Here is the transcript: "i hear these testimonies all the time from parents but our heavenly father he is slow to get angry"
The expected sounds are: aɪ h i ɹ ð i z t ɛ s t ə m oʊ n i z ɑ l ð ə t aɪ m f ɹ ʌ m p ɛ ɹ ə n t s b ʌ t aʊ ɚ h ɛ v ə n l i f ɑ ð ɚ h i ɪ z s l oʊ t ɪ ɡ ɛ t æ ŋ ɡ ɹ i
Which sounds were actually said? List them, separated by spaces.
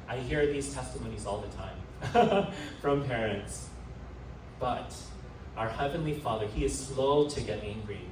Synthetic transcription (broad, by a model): aɪ h i ɹ ð i z t ɛ s t ə m oʊ n i z ɑ l ð ə t aɪ m f ɹ ʌ m p ɛ ɹ ə n t s b ʌ t aʊ ɚ h ɛ v ə n l i f ɑ ð ɚ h i ɪ z s l oʊ t ɪ ɡ ɛ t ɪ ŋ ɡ ɹ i